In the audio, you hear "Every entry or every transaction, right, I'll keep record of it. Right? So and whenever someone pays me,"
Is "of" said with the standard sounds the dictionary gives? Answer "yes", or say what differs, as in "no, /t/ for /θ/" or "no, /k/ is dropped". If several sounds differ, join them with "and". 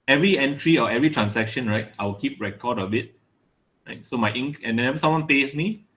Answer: no, /b/ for /v/